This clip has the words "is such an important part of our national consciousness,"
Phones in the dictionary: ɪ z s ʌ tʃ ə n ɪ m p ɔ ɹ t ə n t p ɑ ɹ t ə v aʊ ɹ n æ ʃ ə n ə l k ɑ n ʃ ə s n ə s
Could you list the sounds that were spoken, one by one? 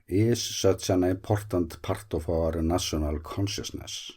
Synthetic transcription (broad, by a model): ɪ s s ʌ s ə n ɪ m p ɔ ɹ t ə n t p ɑ ɹ t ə f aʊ ɹ n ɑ s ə n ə l k ɑ n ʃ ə s n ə s